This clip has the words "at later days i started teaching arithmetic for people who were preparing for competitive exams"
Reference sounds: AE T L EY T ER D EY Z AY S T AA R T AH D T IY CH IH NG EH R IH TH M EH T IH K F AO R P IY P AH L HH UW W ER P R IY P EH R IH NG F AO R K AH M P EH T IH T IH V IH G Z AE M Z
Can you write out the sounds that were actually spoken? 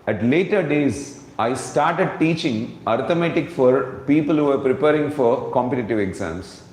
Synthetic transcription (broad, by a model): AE T L EY T ER D EY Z AY S T AA R T AH D T IY CH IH NG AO R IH M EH T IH K F AO R P IY P AH L HH UW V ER P R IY P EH R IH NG F AO R K AH M P EH T IH T IH V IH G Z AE M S